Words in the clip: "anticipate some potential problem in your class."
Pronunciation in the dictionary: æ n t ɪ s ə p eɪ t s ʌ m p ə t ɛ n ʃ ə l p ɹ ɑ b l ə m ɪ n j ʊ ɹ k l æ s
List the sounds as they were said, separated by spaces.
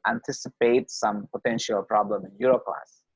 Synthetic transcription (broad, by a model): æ n t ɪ s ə p eɪ t s ʌ m p ə t ɛ n ʃ ə l p ɹ ɑ b l ə m ɪ n j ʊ ɹ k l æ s